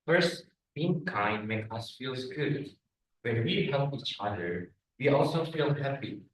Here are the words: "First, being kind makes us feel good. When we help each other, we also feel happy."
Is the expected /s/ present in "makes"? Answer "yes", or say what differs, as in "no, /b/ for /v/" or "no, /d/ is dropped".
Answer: no, /s/ is dropped